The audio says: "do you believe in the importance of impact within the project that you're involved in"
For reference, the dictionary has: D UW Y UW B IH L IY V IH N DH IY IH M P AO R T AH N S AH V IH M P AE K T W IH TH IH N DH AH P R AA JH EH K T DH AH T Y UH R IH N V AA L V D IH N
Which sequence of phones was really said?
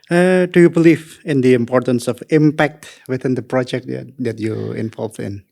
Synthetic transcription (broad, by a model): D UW Y UW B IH L IY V IH N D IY IH M P AO R T AH N S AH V IH M P AE K T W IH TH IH N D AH P R AA JH EH K T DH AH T Y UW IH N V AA L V IH N